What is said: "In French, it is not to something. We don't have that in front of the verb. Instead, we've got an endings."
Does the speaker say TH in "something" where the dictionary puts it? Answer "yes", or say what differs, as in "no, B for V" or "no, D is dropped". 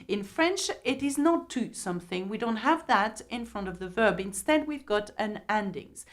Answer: yes